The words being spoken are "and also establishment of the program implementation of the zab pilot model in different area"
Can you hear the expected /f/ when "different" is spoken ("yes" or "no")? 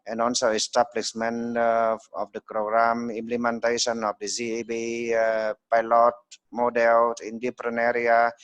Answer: no